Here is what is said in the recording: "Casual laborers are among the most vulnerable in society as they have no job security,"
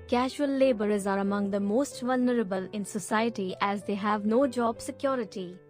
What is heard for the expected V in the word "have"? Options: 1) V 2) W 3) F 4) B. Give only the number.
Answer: 1